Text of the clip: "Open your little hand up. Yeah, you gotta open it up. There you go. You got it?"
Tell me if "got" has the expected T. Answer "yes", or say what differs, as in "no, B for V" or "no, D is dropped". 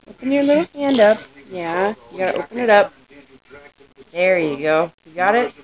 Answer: yes